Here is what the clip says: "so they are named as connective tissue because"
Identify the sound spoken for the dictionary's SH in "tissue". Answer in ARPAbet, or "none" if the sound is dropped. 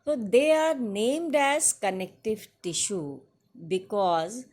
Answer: SH